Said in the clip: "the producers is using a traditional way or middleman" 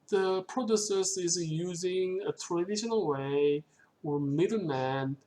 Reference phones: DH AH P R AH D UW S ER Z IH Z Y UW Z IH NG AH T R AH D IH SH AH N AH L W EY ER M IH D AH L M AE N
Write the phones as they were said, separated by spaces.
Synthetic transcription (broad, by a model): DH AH P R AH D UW S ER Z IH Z Y UW Z IH NG AH T R AH D IH SH AH N AH L W EY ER M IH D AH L M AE N